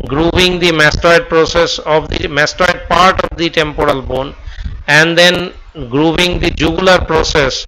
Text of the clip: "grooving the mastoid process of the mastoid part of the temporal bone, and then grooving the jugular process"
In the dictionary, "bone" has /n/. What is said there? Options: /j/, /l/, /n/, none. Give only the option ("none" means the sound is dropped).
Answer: /n/